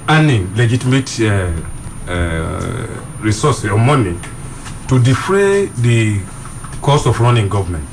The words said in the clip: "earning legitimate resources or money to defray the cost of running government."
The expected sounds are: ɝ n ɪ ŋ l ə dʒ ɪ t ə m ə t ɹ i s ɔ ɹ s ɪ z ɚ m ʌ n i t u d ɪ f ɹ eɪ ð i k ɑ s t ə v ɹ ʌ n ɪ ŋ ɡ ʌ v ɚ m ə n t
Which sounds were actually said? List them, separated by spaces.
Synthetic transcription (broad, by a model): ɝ n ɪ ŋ l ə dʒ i t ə m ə t ɹ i s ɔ s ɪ ɔ m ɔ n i t u d ɪ f ɹ eɪ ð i k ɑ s ə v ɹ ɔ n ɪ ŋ ɡ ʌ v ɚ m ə n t